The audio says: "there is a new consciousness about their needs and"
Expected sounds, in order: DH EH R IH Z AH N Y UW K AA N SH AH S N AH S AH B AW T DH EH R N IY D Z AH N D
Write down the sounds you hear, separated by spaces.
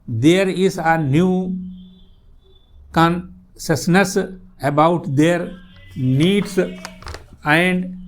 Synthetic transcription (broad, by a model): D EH R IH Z AH N Y UW K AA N S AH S N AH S AH B AW T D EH R N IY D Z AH N D